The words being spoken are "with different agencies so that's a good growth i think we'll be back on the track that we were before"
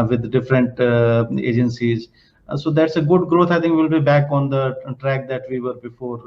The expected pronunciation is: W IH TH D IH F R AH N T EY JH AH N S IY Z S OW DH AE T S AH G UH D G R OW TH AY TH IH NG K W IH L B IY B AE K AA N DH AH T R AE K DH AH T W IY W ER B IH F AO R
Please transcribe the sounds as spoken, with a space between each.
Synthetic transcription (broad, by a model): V IH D D IH F R AH N T EY JH AH N S IY Z S OW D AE T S AH G UH D G R OW T AY T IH NG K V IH L B IY B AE K AA N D AH T R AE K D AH T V IY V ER B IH F AO R